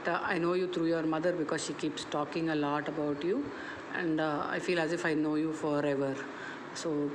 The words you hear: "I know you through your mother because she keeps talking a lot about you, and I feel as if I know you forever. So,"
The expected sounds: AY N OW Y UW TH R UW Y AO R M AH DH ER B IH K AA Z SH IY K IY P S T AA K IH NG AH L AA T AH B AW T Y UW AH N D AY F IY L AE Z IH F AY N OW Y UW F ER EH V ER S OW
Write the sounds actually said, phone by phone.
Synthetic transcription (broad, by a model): AY N OW Y UW T R UW Y AO R M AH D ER B IH K AA Z SH IY K IY P S T AA K IH NG AH L AA T AH B AW T Y UW AH N D AY F IY L AE Z IH F AY N OW Y UW F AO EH V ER S OW